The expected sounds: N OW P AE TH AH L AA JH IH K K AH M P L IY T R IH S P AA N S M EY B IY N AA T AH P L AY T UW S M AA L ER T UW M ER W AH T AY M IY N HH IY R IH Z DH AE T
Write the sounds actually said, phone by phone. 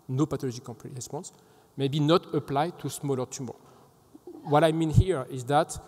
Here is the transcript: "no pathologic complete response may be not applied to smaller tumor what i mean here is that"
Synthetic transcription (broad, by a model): N OW P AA T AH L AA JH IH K K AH P IY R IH S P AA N S M EY B IY N AA T AH P L AY T UW S M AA L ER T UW M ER W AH T AY M IY N HH IY R IH Z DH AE T